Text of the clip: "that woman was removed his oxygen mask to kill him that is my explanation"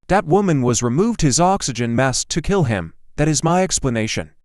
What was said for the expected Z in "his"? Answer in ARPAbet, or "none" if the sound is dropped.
Z